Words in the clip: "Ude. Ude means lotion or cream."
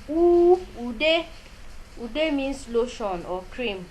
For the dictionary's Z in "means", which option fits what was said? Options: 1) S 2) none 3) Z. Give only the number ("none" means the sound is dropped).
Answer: 1